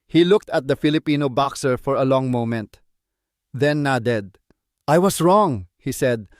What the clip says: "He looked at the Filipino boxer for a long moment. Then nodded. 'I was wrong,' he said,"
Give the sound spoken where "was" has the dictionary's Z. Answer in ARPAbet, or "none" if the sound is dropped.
S